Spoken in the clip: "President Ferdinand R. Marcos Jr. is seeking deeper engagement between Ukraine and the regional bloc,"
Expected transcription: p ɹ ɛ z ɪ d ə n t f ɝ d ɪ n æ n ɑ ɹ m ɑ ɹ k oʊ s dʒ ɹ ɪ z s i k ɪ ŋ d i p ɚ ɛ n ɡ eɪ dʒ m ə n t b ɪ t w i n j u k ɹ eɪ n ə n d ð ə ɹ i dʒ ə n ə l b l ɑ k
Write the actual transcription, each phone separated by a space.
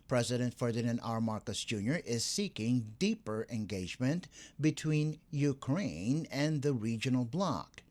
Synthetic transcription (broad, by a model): p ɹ ɛ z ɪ d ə n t f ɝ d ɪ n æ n ɑ ɹ m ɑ ɹ k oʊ s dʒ ɹ ɪ z s i k ɪ ŋ d i p ɚ ɛ n ɡ eɪ dʒ m ə n t b ɪ t w i n j u k ɹ eɪ n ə n ð ə ɹ i dʒ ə n l b l ɑ k